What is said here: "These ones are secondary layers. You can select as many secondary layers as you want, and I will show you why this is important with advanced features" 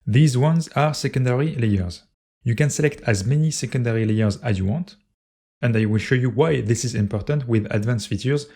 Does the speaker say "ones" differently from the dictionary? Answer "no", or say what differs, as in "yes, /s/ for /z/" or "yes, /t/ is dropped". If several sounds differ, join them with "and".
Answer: no